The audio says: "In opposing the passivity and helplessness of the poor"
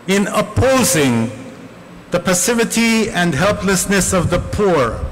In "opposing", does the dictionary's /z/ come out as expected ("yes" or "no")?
yes